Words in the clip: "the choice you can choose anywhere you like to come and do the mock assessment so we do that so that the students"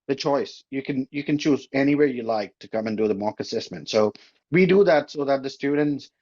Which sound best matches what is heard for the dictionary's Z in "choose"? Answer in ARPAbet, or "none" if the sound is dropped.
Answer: Z